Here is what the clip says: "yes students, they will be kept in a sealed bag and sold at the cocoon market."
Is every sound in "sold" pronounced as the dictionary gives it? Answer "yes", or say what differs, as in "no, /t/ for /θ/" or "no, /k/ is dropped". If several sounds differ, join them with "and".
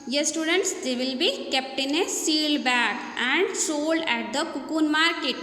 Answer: yes